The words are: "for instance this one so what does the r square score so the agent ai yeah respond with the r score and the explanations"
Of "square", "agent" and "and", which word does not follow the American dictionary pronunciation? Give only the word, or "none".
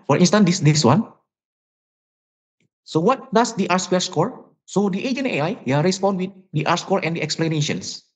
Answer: agent